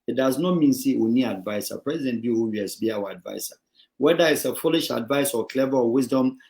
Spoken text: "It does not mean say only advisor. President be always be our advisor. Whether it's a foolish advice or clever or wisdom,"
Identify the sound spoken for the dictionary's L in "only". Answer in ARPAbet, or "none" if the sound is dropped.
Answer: none